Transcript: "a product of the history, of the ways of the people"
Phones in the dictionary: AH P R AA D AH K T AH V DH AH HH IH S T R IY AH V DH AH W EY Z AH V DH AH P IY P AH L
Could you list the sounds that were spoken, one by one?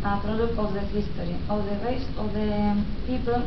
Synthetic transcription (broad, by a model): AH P R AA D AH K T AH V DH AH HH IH S T R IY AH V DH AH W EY S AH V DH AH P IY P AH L